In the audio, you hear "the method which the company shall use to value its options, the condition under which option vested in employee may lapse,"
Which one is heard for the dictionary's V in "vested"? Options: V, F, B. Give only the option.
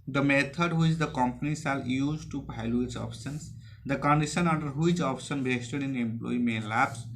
B